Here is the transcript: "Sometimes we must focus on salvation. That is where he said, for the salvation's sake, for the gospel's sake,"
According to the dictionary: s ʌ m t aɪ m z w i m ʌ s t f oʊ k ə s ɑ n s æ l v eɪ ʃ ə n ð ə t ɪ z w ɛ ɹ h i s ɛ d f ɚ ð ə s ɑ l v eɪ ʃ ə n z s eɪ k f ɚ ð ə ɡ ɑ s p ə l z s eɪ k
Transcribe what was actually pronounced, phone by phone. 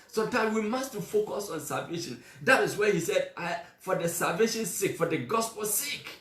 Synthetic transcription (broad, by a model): s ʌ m t aɪ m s w i m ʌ s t f oʊ k ə s ɑ n s æ l v eɪ ʃ ə n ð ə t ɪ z w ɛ h i s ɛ d f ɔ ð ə s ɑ l v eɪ ʃ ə n s eɪ k f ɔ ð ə ɡ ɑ s p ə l s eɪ k